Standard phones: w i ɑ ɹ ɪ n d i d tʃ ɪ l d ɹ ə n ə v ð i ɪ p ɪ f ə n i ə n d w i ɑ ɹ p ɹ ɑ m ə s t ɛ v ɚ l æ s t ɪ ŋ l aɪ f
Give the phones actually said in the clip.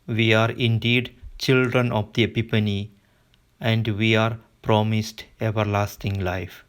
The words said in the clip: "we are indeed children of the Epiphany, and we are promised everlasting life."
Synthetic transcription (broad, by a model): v i ɑ ɹ ɪ n d i d tʃ ɪ l d ɹ ə n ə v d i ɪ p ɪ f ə n i ə n d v i ɑ ɹ p ɹ ɑ m ə s t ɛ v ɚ l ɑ s t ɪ ŋ l aɪ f